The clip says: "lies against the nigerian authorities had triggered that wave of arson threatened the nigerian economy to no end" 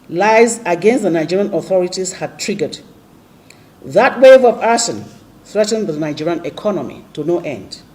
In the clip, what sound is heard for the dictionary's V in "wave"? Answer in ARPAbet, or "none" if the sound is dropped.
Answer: V